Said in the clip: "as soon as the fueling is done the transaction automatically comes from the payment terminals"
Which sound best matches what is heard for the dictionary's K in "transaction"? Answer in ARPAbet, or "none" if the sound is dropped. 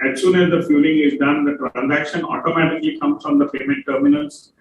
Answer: K